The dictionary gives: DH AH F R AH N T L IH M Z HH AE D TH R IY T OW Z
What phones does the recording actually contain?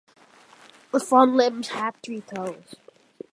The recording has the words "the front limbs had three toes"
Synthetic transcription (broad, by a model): DH AH F AH N L IH M Z HH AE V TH R IY T OW Z